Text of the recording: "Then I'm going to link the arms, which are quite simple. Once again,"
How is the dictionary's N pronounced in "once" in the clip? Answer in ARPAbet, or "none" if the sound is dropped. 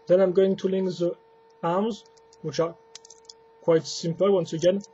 N